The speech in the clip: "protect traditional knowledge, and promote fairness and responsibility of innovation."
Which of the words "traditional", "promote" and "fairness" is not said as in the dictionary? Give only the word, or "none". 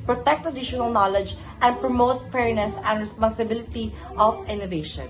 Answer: traditional